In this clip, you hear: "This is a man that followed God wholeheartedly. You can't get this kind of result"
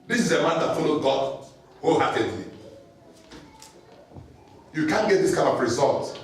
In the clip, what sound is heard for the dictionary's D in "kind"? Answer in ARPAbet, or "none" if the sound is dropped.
none